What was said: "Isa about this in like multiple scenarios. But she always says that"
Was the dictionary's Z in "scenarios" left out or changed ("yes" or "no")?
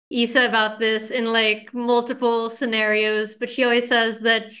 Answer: no